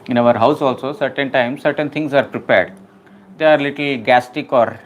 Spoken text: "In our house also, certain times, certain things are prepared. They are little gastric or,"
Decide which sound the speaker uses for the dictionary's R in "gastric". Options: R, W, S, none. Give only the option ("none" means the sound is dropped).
none